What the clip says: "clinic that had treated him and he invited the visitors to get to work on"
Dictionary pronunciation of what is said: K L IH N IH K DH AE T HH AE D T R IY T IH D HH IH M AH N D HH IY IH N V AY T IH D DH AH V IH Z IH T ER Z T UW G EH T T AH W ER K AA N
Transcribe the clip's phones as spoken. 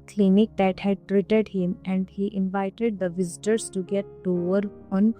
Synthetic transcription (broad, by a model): K L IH N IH K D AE T HH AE D T R IY T IH D HH IH M AH N D HH IY IH N V AY T IH D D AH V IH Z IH T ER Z T UW G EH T T AH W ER AA N